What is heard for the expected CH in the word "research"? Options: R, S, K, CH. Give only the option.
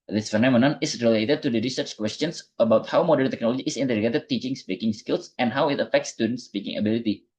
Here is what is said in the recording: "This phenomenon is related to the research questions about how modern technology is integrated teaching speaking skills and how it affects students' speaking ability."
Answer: CH